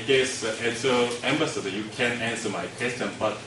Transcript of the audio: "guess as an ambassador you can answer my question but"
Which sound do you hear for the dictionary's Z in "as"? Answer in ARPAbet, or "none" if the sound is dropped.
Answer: S